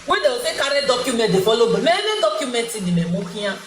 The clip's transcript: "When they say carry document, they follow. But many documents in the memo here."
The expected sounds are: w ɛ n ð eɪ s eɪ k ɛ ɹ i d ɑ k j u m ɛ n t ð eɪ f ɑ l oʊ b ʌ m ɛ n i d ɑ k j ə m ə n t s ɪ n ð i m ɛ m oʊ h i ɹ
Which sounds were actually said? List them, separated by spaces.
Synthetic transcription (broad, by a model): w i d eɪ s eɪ k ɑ ɹ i d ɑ k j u m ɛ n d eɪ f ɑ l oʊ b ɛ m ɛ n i d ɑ k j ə m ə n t ɪ n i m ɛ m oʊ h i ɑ